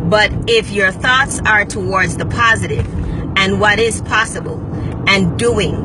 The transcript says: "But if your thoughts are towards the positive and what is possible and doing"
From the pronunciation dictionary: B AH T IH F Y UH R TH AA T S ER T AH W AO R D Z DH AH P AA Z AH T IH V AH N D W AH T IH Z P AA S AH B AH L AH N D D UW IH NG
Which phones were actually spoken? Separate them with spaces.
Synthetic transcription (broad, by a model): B AH T IH F Y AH R TH AA T S ER T AH W AO R D Z DH AH P AA Z AH T IH V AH N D W AH T IH Z P AA S AH B AH L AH N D D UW IH NG